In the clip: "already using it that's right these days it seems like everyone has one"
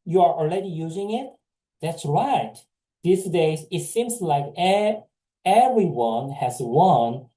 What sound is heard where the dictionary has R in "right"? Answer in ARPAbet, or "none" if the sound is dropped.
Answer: R